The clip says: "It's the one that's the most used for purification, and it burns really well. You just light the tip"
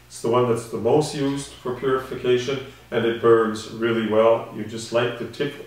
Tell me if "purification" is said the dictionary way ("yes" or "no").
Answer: yes